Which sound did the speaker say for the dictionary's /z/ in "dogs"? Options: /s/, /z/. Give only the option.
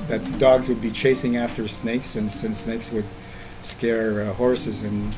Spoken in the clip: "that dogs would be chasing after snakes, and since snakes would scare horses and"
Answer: /z/